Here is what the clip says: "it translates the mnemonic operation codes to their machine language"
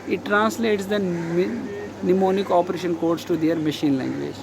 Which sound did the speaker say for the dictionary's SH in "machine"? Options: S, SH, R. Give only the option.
SH